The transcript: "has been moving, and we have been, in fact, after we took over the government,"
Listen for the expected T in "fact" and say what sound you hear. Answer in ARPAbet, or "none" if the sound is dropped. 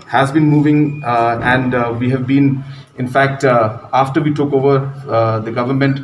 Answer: T